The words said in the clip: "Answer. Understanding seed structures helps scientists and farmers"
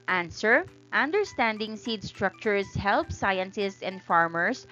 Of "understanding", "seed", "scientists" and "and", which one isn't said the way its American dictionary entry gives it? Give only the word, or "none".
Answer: scientists